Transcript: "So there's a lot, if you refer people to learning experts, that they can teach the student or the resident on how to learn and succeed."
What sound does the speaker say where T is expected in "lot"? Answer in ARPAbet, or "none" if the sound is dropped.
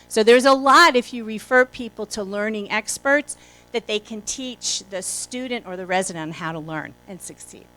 T